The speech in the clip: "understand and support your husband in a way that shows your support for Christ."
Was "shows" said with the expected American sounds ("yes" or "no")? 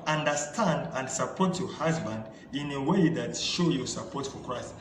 no